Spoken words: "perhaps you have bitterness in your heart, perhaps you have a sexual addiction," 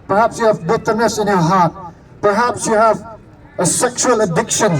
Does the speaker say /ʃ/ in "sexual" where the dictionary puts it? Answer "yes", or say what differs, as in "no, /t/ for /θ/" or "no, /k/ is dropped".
yes